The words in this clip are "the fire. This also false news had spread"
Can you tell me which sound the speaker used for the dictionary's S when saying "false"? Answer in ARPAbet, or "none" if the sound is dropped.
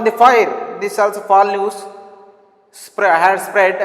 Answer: none